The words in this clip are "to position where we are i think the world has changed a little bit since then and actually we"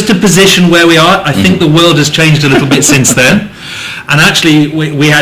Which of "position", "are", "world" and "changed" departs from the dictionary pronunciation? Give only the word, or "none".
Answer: none